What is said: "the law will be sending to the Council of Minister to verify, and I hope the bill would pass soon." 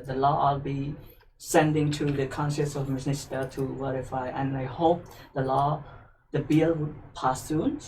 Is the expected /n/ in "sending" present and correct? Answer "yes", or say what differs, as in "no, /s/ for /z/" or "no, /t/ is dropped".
yes